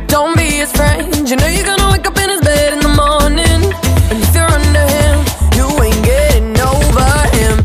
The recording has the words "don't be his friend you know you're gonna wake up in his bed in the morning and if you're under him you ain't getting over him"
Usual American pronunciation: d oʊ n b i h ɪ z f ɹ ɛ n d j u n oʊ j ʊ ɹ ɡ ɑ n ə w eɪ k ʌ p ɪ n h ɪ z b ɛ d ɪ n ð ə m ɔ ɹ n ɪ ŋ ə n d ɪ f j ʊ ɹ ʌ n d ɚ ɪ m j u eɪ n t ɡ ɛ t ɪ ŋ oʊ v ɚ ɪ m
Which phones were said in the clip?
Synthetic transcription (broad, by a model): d oʊ n b i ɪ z f ɹ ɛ n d j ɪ n oʊ j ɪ ɡ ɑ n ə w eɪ k ʌ p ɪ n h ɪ z b ɛ d ɪ n ð ə m ɔ ɹ n ɪ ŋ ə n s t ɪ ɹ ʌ n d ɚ ɪ m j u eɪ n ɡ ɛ t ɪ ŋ oʊ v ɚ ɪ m